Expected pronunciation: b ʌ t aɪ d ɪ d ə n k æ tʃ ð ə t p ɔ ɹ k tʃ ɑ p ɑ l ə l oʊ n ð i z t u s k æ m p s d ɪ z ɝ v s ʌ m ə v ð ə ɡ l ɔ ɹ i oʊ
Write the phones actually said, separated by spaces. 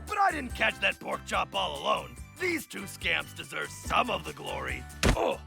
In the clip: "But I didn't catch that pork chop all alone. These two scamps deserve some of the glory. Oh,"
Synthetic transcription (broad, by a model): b ʌ t aɪ d ɪ d n k æ tʃ ð ə t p ɔ ɹ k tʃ ɑ p ɑ l ə l oʊ n ð i z t u s k æ m p s d ɪ z ɝ v s ʌ m ə v ð ə ɡ l ɔ ɹ i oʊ